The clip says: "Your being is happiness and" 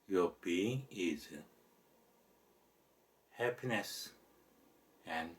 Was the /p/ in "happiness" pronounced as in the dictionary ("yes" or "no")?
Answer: yes